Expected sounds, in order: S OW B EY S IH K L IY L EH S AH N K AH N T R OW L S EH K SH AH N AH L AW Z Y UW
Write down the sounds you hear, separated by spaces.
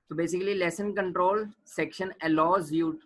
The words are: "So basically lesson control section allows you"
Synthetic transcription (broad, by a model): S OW B EY S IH K L IY L EH S AH N K AH N T R OW L S EH K SH AH N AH L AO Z Y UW